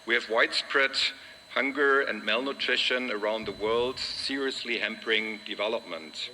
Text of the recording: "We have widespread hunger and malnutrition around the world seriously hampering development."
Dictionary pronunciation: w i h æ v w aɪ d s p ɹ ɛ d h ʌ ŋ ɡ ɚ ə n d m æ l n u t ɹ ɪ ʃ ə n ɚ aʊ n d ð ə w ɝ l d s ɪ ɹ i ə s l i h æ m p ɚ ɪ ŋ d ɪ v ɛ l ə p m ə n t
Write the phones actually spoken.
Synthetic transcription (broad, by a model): w i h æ v w aɪ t s p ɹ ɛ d h ʌ ŋ ɡ ɚ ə n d m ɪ l n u t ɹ ɪ ʃ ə n ɚ aʊ n d ð ə w ɝ l d s ɪ ɹ i ə s l i h æ m p ɚ ɪ ŋ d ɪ v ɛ l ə p m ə n t